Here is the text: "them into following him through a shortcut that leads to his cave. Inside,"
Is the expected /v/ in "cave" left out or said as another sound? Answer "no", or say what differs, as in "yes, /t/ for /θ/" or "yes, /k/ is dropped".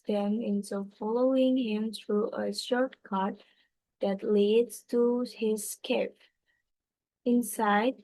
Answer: yes, /p/ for /v/